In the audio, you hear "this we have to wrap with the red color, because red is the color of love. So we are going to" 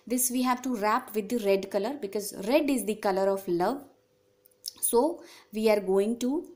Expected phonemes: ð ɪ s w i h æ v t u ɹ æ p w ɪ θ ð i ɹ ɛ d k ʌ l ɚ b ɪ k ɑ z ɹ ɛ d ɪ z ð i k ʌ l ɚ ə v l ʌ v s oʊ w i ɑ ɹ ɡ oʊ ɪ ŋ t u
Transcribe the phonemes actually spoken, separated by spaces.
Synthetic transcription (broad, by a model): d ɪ s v i h æ v t u ɹ æ p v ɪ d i ɹ ɛ d k ʌ l ɚ b ɪ k ɑ z ɹ ɛ d ɪ z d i k ʌ l ɚ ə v l ʌ v s oʊ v i ɑ ɹ ɡ oʊ ɪ ŋ t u